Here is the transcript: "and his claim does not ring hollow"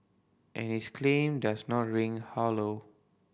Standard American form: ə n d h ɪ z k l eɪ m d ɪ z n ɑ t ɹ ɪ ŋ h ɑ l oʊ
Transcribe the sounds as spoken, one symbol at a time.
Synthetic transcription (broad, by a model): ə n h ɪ s k l eɪ m d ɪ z n ɑ t ɹ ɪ ŋ h ɑ l oʊ